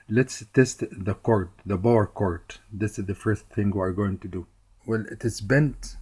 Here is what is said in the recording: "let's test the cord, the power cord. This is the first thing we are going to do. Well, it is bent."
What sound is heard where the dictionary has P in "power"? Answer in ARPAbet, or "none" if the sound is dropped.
B